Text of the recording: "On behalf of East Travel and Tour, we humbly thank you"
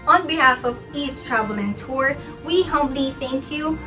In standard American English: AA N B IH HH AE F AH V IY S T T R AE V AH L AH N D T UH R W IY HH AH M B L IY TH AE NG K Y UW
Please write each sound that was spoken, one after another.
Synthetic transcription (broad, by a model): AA N B IH HH AE F AH V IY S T T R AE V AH L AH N T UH R W IY HH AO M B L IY TH AE NG K Y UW